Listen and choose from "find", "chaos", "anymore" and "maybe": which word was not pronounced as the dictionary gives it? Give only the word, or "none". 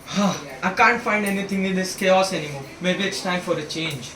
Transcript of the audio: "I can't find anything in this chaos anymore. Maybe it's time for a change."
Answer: anymore